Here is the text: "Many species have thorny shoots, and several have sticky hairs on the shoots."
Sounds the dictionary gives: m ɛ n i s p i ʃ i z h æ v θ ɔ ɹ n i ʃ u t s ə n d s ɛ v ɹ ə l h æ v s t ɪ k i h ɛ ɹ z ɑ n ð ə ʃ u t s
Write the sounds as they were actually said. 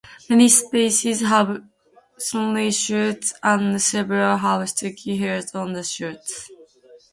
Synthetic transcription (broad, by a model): m ɛ n i s p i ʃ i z h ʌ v s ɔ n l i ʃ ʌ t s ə n s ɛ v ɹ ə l h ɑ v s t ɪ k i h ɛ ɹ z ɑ n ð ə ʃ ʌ t s